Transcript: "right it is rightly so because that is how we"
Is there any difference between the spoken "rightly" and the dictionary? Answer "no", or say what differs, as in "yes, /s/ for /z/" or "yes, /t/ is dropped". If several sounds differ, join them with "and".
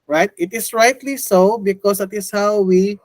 no